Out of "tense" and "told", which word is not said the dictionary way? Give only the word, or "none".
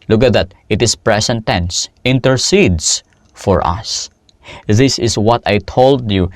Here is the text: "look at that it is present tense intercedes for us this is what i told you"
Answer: none